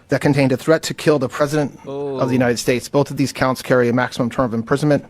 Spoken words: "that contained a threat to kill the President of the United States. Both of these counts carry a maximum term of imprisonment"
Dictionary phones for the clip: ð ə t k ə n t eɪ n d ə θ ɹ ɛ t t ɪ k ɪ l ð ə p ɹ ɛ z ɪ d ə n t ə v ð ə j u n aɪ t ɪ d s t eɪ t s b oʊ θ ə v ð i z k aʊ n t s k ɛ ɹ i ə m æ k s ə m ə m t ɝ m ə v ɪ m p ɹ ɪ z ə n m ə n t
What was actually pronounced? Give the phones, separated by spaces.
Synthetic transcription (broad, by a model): ð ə t k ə n t eɪ n d ə θ ɹ ɛ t t ɪ k ɪ l ð ə p ɹ ɛ z ɪ d ə n t ə v ð ə j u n aɪ t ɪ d s t eɪ t s b oʊ θ ə v ð i z k aʊ n t s k ɛ ɹ i ə m æ k s ə m ə m t ɝ m ə v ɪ m p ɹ ɪ z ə n m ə n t